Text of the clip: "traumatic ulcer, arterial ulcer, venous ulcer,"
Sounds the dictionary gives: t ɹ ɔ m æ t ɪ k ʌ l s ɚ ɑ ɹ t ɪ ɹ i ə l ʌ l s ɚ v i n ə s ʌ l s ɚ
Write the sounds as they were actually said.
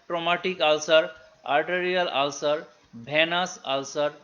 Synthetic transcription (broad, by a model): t ɹ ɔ m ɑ t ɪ k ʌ l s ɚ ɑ ɹ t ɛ ɹ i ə l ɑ l s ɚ b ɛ n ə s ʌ l s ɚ